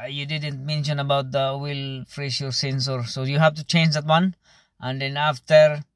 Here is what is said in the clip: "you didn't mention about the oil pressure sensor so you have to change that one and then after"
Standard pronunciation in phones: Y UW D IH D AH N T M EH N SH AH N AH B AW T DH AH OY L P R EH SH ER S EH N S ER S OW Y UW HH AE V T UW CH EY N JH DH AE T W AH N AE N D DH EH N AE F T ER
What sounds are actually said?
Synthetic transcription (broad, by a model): Y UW D IH D AH N T M EH N SH AH N AH B AW T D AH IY L F R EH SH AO S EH N S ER S OW Y UW HH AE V T UW CH EY N JH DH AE T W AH N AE N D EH N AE F T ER